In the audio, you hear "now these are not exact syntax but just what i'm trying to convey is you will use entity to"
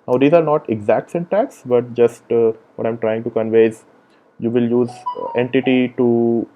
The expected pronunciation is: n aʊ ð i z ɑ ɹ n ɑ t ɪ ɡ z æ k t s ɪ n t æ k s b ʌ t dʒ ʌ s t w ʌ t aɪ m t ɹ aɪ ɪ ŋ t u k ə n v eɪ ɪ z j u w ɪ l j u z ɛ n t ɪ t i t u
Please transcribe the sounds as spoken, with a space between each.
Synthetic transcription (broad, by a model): n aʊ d i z ɑ ɹ n ɑ t ɪ ɡ z æ k t s ɪ n t æ k s b ʌ t dʒ ʌ s t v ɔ t aɪ m t ɹ aɪ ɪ ŋ t u k ə n v eɪ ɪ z j u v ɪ l j u z ɛ n t ɪ t i t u